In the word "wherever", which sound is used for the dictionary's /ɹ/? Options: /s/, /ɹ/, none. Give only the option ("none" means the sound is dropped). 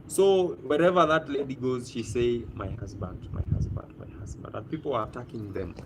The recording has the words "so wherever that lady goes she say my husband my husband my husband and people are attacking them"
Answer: /ɹ/